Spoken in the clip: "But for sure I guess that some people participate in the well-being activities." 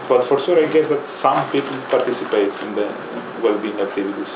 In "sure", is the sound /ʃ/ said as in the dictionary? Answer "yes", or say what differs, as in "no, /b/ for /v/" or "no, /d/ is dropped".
no, /s/ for /ʃ/